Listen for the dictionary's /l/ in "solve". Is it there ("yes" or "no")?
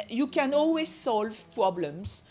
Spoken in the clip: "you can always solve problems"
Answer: yes